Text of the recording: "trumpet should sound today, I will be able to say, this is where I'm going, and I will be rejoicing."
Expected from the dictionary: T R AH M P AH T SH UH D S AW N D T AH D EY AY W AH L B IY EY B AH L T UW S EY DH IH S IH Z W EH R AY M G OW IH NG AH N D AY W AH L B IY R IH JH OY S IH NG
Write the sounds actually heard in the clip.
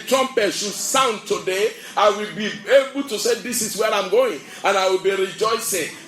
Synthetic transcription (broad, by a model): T R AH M P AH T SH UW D S AW N D T AH D EY AY W AH L B IY EY B AH L T UW S EY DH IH S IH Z W EH R AY M G OW IH NG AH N AY W AH L B IY R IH JH OY S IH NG